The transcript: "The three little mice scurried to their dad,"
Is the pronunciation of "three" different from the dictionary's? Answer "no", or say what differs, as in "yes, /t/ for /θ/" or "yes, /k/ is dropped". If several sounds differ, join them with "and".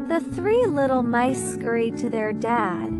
no